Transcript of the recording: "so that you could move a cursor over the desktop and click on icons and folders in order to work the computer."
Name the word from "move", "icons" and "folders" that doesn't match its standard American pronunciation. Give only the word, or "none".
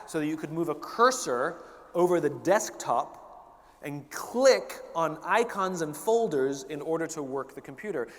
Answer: none